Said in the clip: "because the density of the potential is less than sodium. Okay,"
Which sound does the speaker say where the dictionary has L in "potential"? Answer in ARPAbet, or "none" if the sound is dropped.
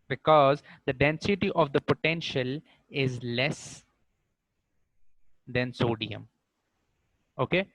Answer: L